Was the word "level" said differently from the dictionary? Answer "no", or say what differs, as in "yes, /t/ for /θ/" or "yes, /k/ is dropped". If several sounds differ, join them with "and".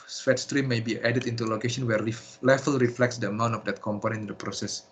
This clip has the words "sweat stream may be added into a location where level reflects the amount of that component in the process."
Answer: yes, /f/ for /v/